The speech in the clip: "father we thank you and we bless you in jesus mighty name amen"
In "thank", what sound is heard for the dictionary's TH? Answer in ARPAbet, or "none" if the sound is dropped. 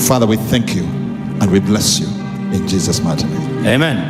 TH